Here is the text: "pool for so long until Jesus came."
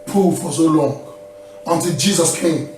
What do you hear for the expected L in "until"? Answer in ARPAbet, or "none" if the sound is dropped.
L